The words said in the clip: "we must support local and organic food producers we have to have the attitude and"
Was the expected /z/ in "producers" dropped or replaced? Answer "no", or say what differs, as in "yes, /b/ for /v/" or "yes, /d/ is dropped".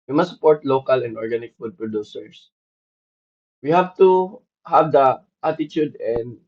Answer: yes, /s/ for /z/